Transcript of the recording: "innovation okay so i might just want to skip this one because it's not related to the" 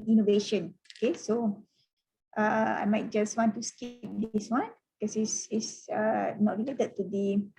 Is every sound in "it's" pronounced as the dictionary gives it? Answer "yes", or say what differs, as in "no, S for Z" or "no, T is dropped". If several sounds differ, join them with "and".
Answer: no, S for T